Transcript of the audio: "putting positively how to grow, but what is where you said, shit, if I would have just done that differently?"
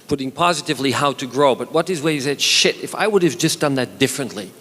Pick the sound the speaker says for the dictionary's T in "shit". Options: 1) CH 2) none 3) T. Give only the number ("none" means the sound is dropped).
3